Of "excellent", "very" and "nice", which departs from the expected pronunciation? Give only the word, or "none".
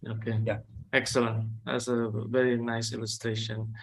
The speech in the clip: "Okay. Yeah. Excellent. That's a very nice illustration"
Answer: none